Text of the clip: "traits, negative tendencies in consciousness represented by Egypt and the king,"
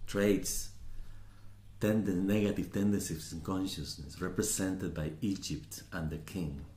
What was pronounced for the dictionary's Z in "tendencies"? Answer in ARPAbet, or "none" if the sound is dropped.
S